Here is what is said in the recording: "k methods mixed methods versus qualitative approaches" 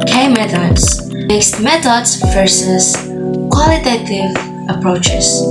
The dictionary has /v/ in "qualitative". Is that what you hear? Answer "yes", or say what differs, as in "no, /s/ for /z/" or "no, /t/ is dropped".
yes